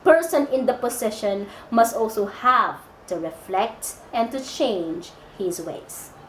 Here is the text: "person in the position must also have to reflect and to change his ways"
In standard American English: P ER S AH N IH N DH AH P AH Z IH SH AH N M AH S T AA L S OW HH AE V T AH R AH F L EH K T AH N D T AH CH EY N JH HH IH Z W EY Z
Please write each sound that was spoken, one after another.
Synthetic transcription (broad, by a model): P ER S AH N IH N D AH P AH S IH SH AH N M AH S T AA L S OW HH AE V T AH R AH F L EH K T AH N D T AH CH EY N JH HH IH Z W EY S